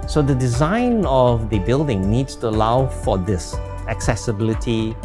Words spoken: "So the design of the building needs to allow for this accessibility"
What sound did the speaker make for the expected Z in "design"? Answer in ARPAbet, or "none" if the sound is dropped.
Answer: Z